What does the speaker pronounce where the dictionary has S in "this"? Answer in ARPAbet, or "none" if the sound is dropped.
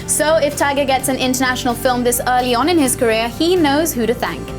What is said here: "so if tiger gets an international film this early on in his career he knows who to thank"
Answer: S